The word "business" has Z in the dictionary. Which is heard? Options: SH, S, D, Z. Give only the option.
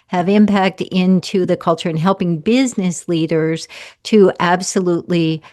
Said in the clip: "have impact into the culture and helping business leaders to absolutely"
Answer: Z